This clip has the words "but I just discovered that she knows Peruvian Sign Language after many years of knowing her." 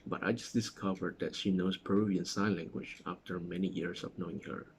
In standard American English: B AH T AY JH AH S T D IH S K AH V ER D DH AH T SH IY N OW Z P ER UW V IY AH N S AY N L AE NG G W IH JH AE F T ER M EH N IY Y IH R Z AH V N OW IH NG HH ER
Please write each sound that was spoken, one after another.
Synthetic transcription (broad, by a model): B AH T AY JH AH S D IH S K AH V ER D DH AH T SH IY N OW S P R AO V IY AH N S AY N L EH NG G W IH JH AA F T ER M EH N IY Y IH R S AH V N OW IH NG HH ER